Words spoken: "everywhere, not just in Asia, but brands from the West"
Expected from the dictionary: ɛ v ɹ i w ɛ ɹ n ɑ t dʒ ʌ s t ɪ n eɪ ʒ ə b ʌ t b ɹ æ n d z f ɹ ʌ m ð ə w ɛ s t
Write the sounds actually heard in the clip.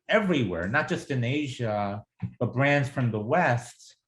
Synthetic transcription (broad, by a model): ɛ v ɹ i w ɛ ɹ n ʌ t dʒ ʌ s t ɪ n eɪ ʒ ə b ʌ t b ɹ æ n d z f ɹ ʌ m ð ə w ɛ s t